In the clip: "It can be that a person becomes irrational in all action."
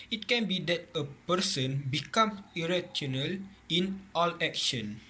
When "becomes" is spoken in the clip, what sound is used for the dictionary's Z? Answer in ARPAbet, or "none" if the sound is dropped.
none